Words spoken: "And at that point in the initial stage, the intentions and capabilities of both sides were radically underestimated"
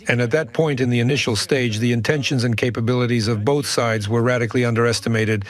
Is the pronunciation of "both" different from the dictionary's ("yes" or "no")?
no